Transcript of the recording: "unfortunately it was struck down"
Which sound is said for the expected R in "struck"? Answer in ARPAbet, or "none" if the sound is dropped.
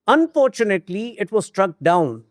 R